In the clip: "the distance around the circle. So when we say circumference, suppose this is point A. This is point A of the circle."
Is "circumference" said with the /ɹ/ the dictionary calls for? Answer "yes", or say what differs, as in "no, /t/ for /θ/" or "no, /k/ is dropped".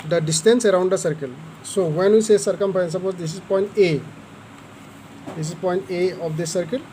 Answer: no, /ɹ/ is dropped